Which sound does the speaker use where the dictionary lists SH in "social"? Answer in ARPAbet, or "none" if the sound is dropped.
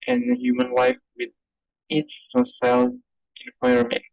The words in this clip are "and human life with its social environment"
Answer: S